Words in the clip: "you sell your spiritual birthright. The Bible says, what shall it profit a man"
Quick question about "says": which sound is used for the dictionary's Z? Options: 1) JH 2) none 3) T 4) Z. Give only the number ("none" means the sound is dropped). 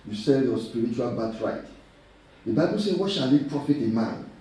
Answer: 2